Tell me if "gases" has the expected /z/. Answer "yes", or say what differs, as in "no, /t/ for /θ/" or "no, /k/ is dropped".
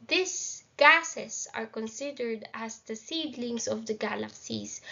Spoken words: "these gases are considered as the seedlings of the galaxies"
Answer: no, /s/ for /z/